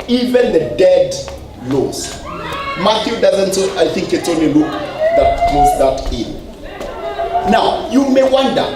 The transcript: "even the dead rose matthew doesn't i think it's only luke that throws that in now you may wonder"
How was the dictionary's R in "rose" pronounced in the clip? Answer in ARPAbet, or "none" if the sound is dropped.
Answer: L